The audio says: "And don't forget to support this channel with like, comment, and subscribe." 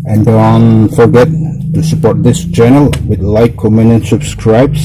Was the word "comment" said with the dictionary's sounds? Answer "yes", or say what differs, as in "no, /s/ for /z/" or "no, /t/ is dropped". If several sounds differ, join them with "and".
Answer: no, /t/ is dropped